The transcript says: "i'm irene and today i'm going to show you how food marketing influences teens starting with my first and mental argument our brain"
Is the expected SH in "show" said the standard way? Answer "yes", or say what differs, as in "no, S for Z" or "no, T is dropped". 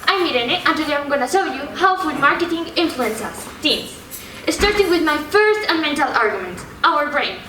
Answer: no, S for SH